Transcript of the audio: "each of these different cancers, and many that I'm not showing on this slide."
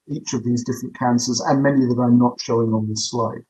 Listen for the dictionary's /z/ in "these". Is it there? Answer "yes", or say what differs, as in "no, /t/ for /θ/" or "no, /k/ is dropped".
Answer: yes